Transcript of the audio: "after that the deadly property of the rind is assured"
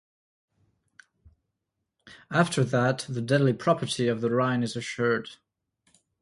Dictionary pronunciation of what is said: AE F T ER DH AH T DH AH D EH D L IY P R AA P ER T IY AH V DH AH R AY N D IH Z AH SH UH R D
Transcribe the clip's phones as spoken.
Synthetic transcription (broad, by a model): AE F T ER DH AH T DH AH D EH D L IY P R AA P ER T IY AH V DH AH R AY N IH Z AH SH UH R D